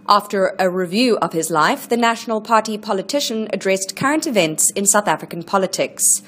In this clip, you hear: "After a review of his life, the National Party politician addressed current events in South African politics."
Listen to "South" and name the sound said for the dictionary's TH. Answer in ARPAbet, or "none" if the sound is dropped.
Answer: TH